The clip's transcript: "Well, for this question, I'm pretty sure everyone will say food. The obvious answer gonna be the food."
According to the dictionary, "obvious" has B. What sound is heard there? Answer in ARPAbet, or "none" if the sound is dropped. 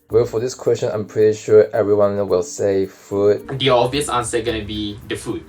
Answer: none